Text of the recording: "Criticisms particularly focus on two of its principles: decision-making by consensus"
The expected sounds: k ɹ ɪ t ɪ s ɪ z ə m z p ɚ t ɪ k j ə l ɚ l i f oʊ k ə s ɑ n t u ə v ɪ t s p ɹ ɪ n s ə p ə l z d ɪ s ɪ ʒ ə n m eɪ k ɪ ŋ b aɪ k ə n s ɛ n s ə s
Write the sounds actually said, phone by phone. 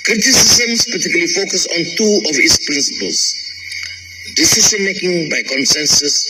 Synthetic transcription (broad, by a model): k ɹ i t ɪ s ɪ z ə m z p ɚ t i k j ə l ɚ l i f oʊ k ə s ɑ n t u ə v ɪ t s p ɹ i n s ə p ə l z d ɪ s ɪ s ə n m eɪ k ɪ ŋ b aɪ k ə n s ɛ n s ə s